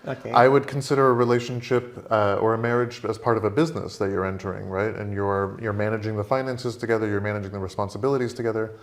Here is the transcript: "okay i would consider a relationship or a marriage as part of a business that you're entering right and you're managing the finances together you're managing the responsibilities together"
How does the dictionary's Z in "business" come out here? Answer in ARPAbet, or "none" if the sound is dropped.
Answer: Z